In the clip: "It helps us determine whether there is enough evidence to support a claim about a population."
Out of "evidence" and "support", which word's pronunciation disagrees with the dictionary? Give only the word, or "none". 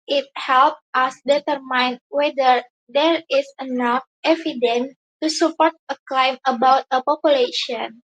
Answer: evidence